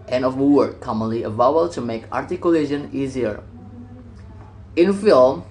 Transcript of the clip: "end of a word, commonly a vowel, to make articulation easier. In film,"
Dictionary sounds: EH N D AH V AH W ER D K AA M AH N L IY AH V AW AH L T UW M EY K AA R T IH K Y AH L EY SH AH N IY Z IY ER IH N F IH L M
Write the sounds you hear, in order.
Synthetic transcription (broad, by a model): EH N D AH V AH W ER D K AA M AH N L IY AH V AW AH W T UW M EY K AA R T IH K Y AH L EY SH AH N IY Z IY ER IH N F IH L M